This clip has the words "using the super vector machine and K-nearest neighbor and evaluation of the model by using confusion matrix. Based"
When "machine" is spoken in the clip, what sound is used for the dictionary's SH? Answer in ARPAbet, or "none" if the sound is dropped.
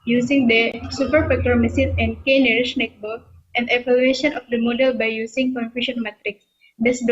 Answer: S